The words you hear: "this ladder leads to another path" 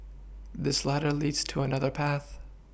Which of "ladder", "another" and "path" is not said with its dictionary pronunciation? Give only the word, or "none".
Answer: none